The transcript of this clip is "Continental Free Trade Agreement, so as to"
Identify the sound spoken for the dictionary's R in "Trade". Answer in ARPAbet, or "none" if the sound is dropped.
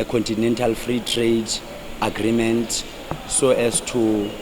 R